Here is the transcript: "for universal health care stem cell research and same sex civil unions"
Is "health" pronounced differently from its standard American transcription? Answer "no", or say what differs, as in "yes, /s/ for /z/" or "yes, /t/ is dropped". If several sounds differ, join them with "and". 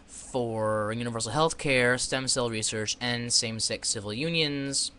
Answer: no